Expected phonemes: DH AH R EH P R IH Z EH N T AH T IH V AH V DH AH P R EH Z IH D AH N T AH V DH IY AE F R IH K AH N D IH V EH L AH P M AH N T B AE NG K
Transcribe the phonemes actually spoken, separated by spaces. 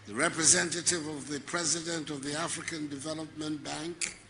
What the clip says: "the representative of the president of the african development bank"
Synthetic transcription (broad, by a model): DH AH R EH P R IH Z EH N T AH T IH V AH V DH AH P R EH Z IH D AH N T AH V DH IY AE F R IH K AH N D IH V EH L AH P M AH N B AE NG K